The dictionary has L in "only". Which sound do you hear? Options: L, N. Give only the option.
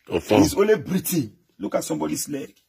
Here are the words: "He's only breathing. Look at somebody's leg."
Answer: L